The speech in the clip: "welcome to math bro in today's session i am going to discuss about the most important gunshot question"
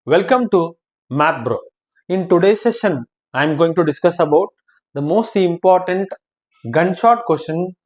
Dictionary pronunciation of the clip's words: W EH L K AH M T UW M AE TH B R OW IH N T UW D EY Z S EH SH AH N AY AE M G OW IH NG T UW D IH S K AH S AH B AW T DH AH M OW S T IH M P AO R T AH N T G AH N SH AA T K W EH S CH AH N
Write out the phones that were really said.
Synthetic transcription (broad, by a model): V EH L K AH M T UW M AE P B R OW IH N T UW D EY S EH SH AH N AY M G OW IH NG T UW D IH S K AH S AH B AW T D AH M OW S T IH M P AO R T AH N T G AH N SH AA T K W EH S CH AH N